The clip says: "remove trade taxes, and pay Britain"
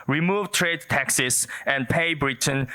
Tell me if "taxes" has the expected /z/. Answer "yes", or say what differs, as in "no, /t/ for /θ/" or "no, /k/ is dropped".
no, /s/ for /z/